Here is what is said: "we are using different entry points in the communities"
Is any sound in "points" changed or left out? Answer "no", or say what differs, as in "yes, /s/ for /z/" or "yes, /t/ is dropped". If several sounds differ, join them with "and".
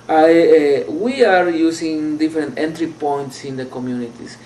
no